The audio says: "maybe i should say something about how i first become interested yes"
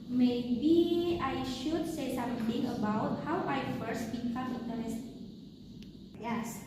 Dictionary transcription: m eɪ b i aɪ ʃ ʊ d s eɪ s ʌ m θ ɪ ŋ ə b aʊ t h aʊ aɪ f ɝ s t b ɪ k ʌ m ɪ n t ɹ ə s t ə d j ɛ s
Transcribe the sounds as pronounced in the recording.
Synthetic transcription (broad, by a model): m eɪ b i aɪ ʃ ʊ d s eɪ s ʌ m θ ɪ ŋ ə b aʊ t h aʊ aɪ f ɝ s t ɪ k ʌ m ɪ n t ə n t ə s j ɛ s